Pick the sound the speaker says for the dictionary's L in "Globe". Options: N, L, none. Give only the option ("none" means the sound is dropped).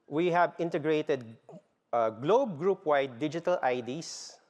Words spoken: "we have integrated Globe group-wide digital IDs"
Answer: L